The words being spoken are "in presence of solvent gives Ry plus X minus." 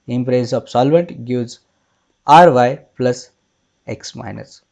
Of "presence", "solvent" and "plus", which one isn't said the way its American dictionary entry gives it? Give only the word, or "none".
presence